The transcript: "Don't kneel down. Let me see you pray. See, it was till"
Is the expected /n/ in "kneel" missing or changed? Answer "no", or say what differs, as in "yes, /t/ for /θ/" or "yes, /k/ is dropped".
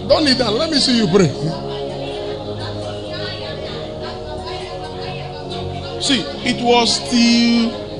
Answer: yes, /l/ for /n/